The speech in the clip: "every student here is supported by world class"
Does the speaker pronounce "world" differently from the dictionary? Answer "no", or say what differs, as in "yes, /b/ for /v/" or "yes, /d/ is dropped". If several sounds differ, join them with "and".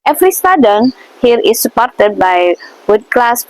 yes, /l/ is dropped